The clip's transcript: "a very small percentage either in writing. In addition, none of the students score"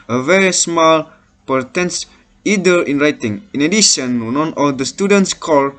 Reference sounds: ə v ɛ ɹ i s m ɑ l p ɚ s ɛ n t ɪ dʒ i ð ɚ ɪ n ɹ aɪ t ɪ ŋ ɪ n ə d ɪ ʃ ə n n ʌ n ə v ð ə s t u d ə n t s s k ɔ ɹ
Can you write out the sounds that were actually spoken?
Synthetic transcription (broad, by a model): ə v ɛ ɹ i s m ɑ l p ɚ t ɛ n s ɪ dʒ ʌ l ɪ n ɹ aɪ t ɪ ŋ ɪ n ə d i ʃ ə n n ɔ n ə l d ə s t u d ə n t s s k ɔ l